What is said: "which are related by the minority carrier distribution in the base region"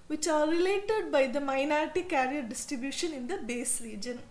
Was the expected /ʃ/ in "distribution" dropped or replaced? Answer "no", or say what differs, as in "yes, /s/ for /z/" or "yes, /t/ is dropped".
no